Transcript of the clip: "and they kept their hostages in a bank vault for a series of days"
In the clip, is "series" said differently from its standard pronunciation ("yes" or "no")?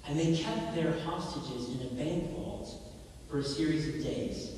no